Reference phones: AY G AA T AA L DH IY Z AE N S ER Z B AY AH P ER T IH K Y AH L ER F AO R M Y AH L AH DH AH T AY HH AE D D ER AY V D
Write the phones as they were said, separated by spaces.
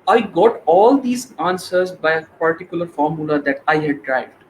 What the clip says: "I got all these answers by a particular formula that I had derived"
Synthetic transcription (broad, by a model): AY G AA T AA L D IY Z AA N S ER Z B AY AH P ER T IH K Y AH L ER F AO R M Y AH L AH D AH T AY HH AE D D AY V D